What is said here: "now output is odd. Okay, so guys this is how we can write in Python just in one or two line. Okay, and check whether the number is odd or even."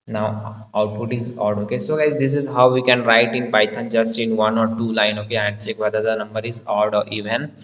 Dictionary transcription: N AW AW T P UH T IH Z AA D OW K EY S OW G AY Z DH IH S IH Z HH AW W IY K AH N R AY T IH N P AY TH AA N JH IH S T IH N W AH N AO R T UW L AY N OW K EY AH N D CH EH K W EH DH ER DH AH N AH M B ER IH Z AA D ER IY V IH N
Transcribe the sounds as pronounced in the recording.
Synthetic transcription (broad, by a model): N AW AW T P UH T IH Z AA D OW K EY S OW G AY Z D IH S IH Z HH AW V IY K AH N R AY T IH N B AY T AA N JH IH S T IH N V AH N AO R T UW L AY N OW K EY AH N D CH EH K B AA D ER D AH N AH M B ER IH Z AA D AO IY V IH N